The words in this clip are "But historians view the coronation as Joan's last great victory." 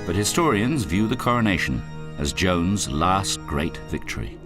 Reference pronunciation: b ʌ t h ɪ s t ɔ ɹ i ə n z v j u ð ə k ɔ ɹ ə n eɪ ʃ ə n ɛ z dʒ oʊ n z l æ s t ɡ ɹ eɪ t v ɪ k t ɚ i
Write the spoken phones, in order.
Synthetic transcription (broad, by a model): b ʌ t h ɪ s t ɔ ɹ i ə n z v j u ð ə k ɔ ɹ ə n eɪ ʃ ə n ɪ z dʒ oʊ n z l æ s t ɡ ɹ eɪ t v ɪ k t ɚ i